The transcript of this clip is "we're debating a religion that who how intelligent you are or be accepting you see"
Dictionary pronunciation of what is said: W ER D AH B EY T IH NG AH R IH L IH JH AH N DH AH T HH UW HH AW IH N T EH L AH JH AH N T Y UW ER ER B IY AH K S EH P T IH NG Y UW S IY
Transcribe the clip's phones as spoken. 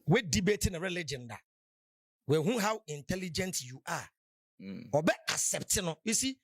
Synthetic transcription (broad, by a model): W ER D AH B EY T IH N AH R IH L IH JH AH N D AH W HH UW HH AW IH N T EH L AH JH AH N T Y UW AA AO B IY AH S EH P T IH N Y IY S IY